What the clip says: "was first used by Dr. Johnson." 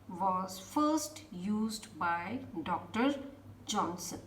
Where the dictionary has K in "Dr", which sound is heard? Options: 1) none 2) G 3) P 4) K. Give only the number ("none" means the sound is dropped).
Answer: 4